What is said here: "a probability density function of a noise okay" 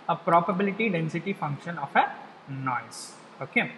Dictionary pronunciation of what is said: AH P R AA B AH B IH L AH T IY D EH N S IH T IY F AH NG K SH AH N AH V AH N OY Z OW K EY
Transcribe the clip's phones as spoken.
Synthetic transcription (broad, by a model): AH P R AA B AH B IH L AH T IY D EH N S IH T IY F AH NG K SH AH N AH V AH N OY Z OW K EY